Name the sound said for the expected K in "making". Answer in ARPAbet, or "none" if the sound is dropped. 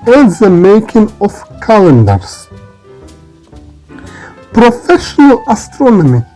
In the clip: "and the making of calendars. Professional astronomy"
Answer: K